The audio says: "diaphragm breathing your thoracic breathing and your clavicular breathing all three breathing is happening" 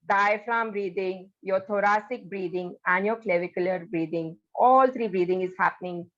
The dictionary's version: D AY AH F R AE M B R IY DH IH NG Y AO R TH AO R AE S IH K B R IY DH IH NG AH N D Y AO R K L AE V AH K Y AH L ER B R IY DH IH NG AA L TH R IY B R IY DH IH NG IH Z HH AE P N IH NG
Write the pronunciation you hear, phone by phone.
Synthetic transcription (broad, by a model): D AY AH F R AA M B R IY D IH NG Y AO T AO R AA S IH K B R IY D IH NG AH N D Y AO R K L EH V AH K Y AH L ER B R IY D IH NG AA L T R IY B R IY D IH NG IH Z HH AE P N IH NG